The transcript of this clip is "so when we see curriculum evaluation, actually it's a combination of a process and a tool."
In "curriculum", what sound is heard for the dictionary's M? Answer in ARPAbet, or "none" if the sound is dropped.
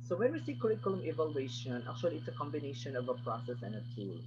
M